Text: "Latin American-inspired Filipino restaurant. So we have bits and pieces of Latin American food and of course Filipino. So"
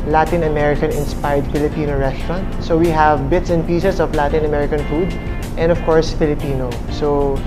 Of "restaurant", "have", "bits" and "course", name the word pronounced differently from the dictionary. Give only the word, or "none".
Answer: none